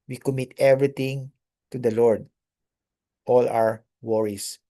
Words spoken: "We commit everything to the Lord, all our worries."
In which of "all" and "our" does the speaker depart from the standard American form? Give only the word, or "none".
our